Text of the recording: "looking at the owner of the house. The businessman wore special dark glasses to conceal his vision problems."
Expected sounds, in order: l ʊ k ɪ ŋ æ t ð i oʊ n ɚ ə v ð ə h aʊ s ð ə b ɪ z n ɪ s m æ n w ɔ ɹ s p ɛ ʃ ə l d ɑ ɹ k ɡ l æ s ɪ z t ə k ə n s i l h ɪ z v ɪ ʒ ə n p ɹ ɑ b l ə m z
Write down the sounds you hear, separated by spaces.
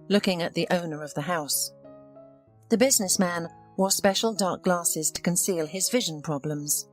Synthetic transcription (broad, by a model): l ʊ k ɪ ŋ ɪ t ð i oʊ n ɚ ə v ð ə h aʊ s ð ə b ɪ z n ɪ s m æ n w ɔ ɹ s p ɛ ʃ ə l d ɑ ɹ k ɡ l æ s ɪ z t ə k ə n s i l ɪ z v ɪ ʒ ə n p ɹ ɑ b l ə m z